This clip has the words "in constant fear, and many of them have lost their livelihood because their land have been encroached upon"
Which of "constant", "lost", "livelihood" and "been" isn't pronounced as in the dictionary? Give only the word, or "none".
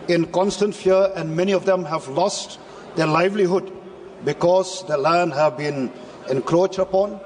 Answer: none